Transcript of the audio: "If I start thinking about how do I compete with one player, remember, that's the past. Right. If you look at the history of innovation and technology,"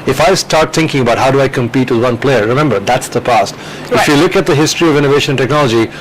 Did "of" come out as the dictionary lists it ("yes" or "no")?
yes